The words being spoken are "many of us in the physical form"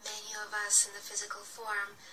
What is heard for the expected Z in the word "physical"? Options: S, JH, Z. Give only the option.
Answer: Z